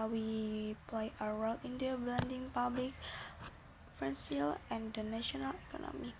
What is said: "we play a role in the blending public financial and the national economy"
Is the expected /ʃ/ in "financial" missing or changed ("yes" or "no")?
yes